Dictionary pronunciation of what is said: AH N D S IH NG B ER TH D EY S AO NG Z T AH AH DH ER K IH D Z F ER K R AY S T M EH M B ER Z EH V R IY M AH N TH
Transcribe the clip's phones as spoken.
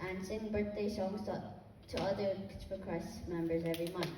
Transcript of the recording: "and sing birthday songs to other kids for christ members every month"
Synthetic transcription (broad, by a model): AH N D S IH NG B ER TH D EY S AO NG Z T AH AH DH ER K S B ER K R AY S M EH M B ER Z EH V R IY M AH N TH